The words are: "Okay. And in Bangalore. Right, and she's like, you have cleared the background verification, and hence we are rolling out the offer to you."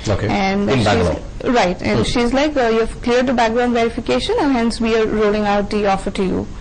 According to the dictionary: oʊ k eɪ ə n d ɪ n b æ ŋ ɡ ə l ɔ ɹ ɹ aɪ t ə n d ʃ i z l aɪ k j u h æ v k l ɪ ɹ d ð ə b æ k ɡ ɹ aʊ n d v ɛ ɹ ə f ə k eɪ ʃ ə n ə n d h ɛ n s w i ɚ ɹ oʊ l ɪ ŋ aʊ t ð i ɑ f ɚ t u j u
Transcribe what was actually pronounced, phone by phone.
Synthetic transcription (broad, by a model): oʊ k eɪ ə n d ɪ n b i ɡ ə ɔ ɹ ɹ aɪ t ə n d ʃ i z l aɪ k j u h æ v k l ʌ ɹ d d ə b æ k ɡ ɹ aʊ n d v ɛ ɹ ə f ə k eɪ ʃ ə n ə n h ɛ n s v i ɚ ɹ oʊ l ɪ ŋ aʊ t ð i ɑ f ɚ t u j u